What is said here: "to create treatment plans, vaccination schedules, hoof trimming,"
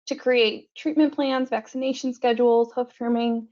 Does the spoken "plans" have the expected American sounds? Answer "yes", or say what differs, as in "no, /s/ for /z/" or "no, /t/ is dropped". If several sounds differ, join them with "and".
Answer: yes